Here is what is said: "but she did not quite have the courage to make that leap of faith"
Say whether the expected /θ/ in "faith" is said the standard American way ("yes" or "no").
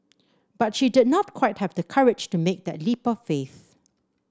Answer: yes